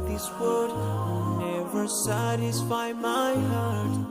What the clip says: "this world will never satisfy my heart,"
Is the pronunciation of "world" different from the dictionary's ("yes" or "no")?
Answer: yes